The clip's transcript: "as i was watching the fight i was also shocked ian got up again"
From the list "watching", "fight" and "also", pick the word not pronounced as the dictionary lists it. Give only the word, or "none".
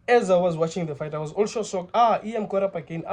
also